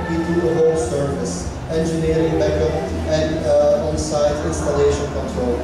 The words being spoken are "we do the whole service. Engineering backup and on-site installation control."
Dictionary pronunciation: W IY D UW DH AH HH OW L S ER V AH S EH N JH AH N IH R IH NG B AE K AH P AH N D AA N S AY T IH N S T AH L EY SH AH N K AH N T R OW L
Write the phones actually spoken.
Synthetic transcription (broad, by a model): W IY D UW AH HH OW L S ER V AH S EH N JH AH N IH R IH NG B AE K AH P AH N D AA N S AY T IH N S T AH L EY SH AH N K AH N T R OW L